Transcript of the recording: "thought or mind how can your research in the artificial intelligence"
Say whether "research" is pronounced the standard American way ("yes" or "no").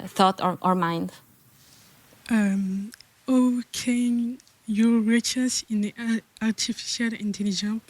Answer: no